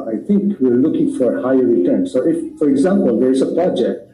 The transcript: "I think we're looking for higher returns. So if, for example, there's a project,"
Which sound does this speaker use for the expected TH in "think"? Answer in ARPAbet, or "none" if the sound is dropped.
T